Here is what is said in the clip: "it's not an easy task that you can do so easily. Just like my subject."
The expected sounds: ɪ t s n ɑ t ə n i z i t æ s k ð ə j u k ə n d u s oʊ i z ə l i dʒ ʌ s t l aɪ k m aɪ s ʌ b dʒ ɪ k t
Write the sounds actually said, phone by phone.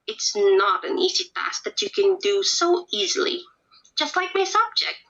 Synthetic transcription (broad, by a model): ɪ t s n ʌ t ə n i z i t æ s ð ə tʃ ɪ k ə n d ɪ s oʊ i z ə l i dʒ ʌ s t l aɪ k m aɪ s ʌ b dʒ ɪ k t